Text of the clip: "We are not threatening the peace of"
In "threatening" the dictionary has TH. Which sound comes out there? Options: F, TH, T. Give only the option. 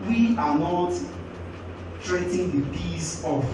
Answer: T